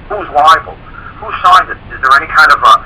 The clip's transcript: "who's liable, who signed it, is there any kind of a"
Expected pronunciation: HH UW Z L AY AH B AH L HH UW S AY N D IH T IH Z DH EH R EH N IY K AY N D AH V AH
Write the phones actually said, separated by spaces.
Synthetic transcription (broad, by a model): HH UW Z W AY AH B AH L HH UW SH AY N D IH T IH Z DH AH R EH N IY K AY N D AH V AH